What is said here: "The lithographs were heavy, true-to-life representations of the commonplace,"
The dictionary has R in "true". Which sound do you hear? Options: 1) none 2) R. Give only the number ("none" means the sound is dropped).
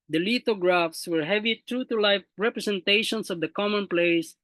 2